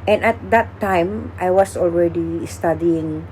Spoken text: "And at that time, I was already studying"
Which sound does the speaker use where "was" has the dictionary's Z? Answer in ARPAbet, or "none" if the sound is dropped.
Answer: S